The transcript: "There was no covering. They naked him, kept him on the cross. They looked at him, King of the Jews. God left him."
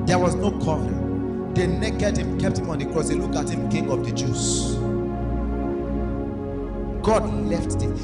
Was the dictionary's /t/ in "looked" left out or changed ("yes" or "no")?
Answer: yes